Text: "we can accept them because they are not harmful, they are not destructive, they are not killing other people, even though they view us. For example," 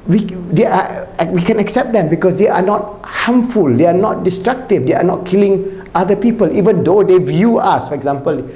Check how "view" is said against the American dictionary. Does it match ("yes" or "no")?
yes